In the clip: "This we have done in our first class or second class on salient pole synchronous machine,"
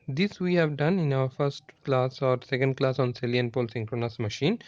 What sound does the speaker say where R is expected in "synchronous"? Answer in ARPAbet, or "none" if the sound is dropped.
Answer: R